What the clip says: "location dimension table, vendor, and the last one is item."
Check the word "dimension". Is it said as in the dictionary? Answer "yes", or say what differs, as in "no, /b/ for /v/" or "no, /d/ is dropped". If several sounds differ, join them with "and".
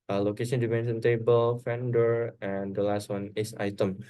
no, /s/ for /ʃ/